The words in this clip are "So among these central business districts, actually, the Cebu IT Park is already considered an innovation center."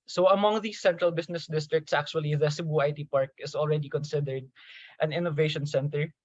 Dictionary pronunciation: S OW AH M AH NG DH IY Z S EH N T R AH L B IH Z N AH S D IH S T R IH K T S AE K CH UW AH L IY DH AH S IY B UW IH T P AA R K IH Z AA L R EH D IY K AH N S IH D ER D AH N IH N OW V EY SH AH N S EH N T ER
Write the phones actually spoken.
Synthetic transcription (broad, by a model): S OW AH M AH NG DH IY S EH N T R AH L B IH S N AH S D IH S T R IH K T S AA K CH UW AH L IY DH AH S IY B UW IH T P AA R K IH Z AA L R EH D IY K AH N S IH D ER D AH N IH N OW V EY SH AH N S EH N T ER